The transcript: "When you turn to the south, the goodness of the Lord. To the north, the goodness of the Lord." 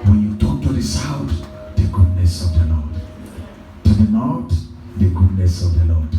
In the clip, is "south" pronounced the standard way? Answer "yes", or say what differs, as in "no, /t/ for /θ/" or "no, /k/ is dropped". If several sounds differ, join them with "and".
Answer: no, /t/ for /θ/